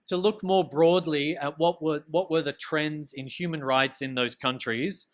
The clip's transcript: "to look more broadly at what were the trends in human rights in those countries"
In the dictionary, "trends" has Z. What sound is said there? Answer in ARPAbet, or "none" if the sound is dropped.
Z